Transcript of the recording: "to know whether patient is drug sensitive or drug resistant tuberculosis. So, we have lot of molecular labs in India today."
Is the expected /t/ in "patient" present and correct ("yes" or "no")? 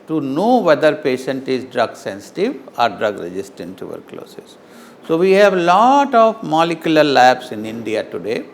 yes